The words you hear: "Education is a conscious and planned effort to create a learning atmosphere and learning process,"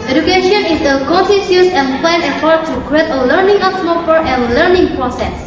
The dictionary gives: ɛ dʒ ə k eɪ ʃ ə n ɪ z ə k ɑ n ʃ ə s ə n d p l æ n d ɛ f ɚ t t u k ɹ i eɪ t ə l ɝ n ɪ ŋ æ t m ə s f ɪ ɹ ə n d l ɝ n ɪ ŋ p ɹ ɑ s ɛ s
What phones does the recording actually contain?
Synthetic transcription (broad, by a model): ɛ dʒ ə k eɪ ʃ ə n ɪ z ə k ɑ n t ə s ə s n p l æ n ɛ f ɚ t t u k ɹ i eɪ t ə l ɝ n ɪ ŋ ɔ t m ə f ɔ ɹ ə n l ɝ n ɪ ŋ p ɹ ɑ s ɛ s